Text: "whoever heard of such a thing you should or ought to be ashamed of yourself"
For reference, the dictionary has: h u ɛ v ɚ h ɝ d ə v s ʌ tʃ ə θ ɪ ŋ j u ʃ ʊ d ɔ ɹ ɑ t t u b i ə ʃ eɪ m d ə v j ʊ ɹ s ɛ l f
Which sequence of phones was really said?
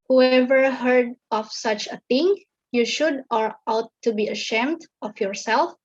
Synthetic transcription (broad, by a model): h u ɛ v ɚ h ɝ d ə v s ʌ tʃ ə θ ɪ ŋ j u ʃ ʊ d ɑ ɹ ɑ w t u b i ə ʃ eɪ m d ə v j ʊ ɹ s ɛ l f